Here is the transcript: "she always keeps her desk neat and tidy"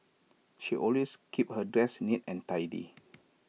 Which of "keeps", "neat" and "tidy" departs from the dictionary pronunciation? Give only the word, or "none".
keeps